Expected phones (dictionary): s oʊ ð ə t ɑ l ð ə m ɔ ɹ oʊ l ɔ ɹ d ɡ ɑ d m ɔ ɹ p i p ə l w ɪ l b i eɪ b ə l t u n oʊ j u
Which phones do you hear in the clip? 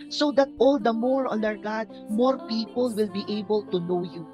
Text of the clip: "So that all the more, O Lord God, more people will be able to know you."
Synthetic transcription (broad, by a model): s oʊ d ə t ɑ l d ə m ɔ ɹ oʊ n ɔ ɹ ɡ ɑ d m ɔ ɹ p i p ə l w ɪ l b i eɪ b ə l t u n oʊ j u